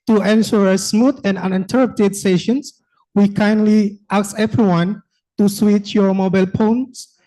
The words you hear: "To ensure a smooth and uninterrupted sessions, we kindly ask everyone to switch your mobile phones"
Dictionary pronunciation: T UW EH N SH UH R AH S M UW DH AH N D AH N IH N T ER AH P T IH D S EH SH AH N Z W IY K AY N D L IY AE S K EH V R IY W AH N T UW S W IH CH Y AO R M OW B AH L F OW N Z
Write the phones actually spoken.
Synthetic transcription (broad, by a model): T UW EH N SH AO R AH S M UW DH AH N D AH N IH N T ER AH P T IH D S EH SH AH N S W IY K AY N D L IY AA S EH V R IY W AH N T UW S W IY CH Y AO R M OW B AH L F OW N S